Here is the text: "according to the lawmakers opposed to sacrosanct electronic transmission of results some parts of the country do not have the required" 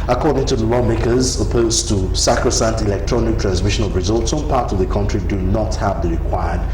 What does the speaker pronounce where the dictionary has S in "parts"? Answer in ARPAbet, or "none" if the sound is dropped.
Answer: S